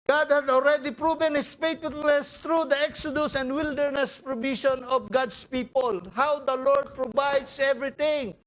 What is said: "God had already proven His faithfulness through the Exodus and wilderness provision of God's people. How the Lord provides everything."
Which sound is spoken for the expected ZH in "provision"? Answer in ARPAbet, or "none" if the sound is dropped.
SH